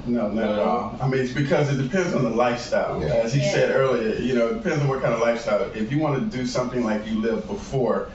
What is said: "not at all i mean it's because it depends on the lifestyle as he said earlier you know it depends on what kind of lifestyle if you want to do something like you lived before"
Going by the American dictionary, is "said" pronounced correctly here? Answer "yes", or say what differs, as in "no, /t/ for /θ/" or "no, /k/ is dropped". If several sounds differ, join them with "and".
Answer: yes